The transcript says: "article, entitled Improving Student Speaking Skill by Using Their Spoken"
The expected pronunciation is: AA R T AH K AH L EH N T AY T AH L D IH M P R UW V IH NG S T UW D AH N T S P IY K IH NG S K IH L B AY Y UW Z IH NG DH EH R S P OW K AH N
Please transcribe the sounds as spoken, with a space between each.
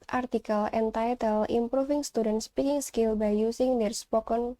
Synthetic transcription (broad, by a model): AA R T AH K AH L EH N T AY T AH L IH M P R UW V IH NG S T UW D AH N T S P IY K IH NG S K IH L B AY Y UW S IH NG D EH R S P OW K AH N